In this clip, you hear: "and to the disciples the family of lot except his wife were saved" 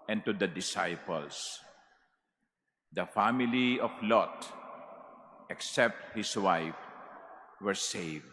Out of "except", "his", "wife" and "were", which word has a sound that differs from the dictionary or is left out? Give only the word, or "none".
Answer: his